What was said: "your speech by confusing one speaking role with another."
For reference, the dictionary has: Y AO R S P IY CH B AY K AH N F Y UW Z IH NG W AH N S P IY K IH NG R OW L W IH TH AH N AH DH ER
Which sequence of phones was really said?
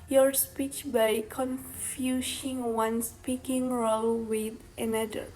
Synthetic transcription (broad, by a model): Y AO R S P IY CH B AY K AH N F Y UW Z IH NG W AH N S P IY K IH NG R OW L W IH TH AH N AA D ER